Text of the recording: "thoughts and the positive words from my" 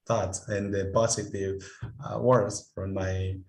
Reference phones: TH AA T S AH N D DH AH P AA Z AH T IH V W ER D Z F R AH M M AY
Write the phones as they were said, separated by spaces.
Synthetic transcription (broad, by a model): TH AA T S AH N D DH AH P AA S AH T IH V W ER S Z F R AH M M AY